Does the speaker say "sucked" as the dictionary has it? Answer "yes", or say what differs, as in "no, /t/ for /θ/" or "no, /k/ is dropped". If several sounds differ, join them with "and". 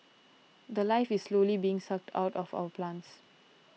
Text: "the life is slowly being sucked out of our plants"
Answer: yes